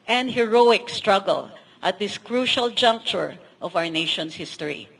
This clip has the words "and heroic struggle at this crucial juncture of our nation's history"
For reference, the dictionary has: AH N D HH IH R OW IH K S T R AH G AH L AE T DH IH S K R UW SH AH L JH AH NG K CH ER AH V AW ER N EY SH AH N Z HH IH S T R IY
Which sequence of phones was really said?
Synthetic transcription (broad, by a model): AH N D HH IH R OW IH K S T R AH G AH L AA T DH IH S K R UW SH AH L JH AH NG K CH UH AH V AW ER N EY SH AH N S HH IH S T R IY